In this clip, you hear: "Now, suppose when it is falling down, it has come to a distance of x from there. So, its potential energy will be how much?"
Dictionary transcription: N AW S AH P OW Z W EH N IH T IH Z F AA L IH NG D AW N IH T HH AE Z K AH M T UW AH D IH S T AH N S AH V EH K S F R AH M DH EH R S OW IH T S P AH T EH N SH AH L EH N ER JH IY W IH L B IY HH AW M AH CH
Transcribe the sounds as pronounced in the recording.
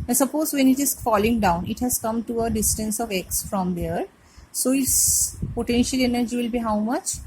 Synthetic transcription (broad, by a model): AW S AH P OW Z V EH N IH T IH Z F AA L IH NG D AW N IH T HH AE Z K AH M T UW AH D IH S T AH N S AH V EH K S F R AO M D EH R S OW IH T S P AH T EH N SH AH L EH N ER JH IY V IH L B IY HH AW M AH CH